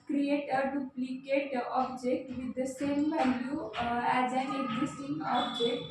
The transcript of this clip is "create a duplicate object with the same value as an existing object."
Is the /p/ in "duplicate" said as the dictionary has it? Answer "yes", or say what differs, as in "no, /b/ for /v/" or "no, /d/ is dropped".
yes